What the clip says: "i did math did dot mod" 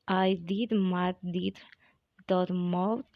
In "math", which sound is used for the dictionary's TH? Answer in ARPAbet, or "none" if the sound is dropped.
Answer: T